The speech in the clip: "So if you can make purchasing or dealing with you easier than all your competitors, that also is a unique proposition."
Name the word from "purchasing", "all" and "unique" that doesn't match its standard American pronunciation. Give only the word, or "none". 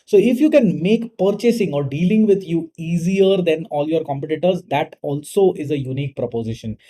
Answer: none